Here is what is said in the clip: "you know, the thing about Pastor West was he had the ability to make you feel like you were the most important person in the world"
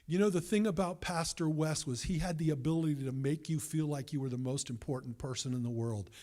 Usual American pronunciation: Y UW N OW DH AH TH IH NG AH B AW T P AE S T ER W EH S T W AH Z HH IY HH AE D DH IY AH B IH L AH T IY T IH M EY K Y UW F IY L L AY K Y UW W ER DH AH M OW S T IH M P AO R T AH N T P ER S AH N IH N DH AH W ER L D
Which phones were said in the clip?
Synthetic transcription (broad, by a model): Y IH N OW DH AH TH IH NG AH B AW T P AE S T ER W EH S T W AH Z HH IY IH D DH IY AH B IH L AH T IY T IH M EY K Y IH F IY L L AY K Y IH W ER DH AH M OW S T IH M P AO R T N P ER S AH N IH N DH AH W ER L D